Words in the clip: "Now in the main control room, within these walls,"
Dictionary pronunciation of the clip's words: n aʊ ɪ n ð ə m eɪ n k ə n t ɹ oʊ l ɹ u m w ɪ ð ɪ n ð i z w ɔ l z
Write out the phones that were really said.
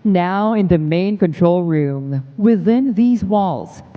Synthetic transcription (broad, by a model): n aʊ ɪ n ð ə m eɪ n k ə n t ɹ oʊ l ɹ u m w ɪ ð ɪ n ð i z w ɔ l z